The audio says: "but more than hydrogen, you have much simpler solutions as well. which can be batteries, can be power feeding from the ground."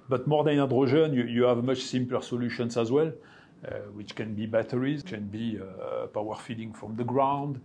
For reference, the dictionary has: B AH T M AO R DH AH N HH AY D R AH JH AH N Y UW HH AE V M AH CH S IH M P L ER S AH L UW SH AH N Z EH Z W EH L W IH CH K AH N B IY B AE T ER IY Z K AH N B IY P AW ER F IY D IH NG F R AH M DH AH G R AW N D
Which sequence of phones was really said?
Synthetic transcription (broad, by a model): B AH T M AO R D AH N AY D R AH ZH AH N Y UW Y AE V M AH CH S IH M P L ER S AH L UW SH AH N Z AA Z W EH L W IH CH K AH N B IY B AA T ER IY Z K AH N B IY P AW ER F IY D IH NG F R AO M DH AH G R AW N D